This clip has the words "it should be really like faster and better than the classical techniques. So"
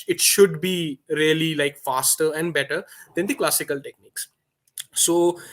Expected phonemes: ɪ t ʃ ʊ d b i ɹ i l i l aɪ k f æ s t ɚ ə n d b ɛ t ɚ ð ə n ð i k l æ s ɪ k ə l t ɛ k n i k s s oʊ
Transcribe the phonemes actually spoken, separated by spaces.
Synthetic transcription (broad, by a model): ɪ t ʃ ʊ d b i ɹ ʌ l i l aɪ k f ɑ s t ɚ ə n d b ɛ t ɚ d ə n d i k l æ s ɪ k ə l t ɛ k n i k s s oʊ